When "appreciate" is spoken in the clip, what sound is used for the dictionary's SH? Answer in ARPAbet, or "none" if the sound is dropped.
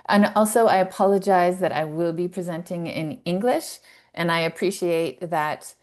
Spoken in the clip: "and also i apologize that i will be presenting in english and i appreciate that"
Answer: SH